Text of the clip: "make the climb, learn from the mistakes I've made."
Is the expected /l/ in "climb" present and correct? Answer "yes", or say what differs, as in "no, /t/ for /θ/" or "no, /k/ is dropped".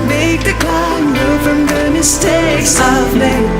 no, /l/ is dropped